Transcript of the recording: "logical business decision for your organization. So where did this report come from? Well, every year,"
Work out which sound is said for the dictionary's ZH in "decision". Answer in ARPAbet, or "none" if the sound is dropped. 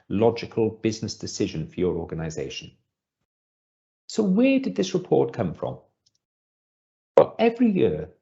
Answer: ZH